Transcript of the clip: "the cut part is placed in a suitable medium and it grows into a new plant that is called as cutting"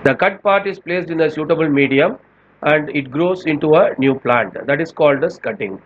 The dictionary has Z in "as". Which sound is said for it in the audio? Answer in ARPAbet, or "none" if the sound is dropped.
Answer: S